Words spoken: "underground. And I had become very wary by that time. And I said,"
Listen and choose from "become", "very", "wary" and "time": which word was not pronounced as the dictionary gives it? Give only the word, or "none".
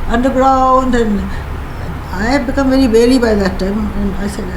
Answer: wary